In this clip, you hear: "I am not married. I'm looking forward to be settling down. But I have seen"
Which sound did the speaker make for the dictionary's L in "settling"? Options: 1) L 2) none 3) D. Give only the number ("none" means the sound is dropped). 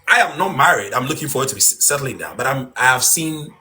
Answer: 1